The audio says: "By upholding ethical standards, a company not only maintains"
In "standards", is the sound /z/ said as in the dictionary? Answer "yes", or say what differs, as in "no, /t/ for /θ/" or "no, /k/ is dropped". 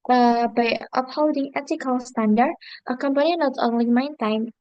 no, /z/ is dropped